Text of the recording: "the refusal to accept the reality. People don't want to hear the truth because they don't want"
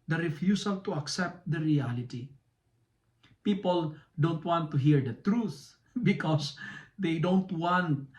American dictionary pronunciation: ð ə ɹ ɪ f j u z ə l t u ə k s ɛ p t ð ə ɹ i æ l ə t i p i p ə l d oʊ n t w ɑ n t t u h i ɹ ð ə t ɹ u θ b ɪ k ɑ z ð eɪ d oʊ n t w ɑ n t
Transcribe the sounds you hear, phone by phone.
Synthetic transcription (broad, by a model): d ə ɹ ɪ f j u s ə l t u ə k s ɛ p t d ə ɹ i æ l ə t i p i p ə l d oʊ n t w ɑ n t t u h i ɹ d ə t ɹ u θ b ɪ k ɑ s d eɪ d oʊ n t w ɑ n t